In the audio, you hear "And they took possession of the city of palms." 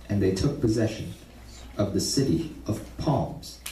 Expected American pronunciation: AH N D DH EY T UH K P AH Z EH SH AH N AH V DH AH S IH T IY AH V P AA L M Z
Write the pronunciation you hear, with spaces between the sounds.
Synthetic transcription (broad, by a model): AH N DH EY T UH K P AH Z EH SH AH N AH V DH AH S IH T IY AH V P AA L M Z